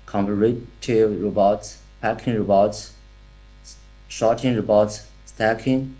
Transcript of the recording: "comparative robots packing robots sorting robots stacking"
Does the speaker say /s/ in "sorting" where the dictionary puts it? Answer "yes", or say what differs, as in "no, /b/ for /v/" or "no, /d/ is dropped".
no, /ʃ/ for /s/